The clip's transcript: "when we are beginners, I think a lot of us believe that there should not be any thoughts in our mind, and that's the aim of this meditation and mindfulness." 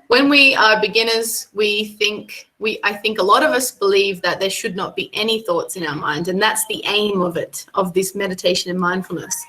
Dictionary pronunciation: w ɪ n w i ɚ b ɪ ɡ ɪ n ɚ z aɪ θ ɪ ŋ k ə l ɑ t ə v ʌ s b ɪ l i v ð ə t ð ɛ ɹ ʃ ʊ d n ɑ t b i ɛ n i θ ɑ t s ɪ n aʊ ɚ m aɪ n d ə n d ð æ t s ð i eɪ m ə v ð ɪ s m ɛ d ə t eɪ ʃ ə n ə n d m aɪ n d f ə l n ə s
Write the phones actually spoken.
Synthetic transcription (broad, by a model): w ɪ n w i ɚ b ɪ ɡ ɪ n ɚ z aɪ θ ɪ ŋ k ə l ɑ t ə v ʌ s b ɪ l i v ð ə t ð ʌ ɹ ʃ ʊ d n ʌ t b i ɛ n i θ ɑ t s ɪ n aʊ ɚ m aɪ n d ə n ð æ t s ð i eɪ m ə v ð ɪ s m ɛ d ə t eɪ ʃ ə n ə n m aɪ n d f l n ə s